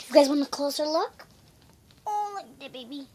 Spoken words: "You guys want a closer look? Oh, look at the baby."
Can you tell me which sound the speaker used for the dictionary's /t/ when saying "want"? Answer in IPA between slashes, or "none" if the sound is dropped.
none